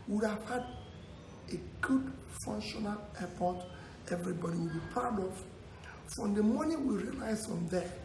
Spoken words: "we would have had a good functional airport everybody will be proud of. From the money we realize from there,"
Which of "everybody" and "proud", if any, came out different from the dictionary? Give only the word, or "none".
proud